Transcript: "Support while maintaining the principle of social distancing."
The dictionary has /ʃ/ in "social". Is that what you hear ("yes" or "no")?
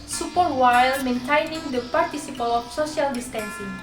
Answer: no